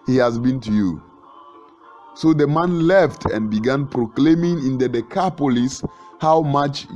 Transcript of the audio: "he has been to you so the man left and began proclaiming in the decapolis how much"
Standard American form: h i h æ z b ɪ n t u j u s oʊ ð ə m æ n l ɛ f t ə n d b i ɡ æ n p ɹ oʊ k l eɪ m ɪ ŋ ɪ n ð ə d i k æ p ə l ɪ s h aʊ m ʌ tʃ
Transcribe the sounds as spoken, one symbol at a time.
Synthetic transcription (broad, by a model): h i h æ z b ɪ n t u j u s oʊ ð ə m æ n l ɛ f t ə n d b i ɡ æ n p ɹ oʊ k l eɪ m ɪ ŋ ɪ n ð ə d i k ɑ p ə l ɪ s h aʊ m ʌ tʃ